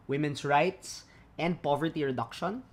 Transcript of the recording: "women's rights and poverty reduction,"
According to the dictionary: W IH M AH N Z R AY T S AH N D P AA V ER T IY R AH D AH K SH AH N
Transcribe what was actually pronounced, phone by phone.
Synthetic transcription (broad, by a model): W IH M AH N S R AY T S AH N D P AA V ER T IY R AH D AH K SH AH N